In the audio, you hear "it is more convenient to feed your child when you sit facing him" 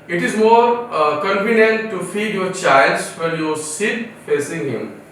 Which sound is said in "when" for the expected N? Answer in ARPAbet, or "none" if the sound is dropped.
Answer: L